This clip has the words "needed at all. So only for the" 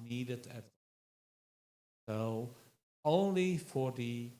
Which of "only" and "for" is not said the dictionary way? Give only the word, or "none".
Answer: none